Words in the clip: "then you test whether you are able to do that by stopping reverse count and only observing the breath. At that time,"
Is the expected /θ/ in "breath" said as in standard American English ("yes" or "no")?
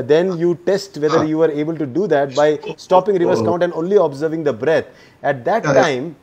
no